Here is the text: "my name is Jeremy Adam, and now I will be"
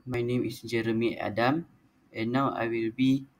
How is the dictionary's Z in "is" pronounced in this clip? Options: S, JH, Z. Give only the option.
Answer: S